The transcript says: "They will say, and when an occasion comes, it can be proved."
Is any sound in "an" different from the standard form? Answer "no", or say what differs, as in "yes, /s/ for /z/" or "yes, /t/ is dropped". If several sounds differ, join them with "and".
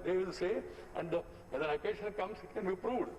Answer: yes, /l/ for /n/